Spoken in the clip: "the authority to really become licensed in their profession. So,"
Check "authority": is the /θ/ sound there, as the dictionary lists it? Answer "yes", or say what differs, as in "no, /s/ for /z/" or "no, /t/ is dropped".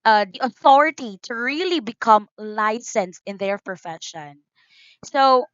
yes